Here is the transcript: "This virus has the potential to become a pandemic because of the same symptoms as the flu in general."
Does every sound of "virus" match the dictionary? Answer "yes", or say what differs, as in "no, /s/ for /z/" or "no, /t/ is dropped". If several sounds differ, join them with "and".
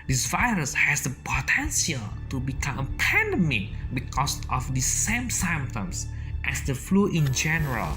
yes